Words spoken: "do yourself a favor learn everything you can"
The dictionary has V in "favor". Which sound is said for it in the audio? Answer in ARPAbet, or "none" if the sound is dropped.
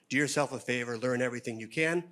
V